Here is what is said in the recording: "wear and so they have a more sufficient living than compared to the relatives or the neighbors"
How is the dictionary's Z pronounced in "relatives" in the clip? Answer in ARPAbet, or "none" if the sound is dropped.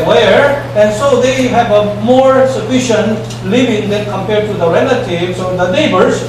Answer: S